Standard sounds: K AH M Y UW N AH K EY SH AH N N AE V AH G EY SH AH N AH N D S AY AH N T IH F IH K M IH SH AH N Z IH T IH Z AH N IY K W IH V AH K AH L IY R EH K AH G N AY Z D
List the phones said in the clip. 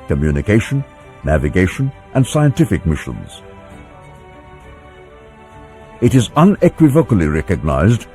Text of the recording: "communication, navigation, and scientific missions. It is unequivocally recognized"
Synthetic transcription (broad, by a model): K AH M Y UW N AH K EY SH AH N N AE V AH G EY SH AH N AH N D S AY AH N T IH F IH K M IH SH AH N Z IH T IH Z AH N IY K W IH V AH K AH L IY R EH K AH G N AY Z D